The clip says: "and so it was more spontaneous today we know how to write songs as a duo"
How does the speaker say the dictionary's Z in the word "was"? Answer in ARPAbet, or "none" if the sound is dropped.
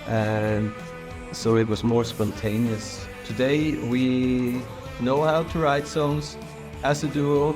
Z